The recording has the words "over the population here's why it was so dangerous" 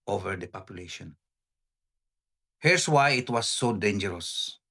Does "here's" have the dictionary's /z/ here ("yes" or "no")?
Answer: no